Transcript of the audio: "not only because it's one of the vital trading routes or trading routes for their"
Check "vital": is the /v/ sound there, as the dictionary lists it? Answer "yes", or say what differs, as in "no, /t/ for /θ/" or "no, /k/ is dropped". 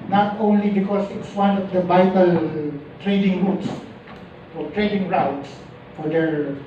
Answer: no, /b/ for /v/